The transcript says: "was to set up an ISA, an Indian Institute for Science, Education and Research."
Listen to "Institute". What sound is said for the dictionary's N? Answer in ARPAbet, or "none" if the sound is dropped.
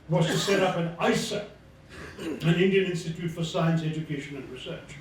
N